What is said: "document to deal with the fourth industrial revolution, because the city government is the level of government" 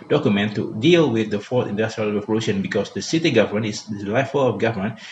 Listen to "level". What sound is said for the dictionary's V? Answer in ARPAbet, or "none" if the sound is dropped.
F